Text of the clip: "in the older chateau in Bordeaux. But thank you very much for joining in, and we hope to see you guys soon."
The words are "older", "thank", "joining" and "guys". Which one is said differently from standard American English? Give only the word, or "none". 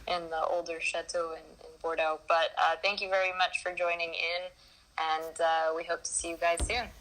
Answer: none